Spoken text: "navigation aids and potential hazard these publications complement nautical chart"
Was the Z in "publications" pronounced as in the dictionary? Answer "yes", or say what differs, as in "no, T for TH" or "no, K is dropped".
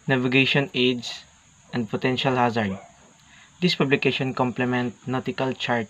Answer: no, Z is dropped